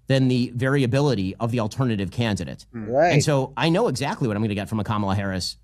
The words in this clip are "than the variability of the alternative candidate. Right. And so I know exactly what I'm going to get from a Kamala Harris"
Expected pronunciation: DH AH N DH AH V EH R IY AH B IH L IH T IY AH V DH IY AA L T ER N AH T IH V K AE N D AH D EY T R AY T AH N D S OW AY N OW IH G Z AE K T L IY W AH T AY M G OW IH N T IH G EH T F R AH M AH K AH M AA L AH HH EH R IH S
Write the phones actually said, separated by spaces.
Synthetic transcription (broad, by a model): DH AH N DH AH V EH R IY AH B IH L IH T IY AH V DH IY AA L T ER N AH T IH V K AE N D AH D EY T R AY AH N S OW AY N OW IH G Z AE K T L IY W AH T AY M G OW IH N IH G EH T F R AH M AH K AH M L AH HH EH R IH S